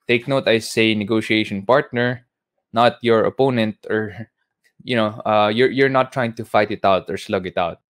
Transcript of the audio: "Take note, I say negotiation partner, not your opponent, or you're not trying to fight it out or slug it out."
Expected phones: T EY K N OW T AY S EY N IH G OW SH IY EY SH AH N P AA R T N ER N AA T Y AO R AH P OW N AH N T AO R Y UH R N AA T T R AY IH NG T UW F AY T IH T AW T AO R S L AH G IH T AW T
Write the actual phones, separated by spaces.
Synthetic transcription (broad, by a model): T EY K N OW T AY S EY N IH G OW SH IY EY SH AH N P AA R T N ER N AA T Y AO R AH P OW N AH N T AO R Y UH R N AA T T R AY IH NG T UW F AY T IH T AW T AO R S L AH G IH T AW T